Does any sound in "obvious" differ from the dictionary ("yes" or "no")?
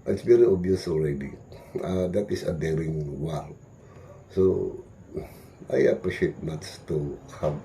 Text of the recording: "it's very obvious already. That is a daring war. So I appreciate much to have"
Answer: yes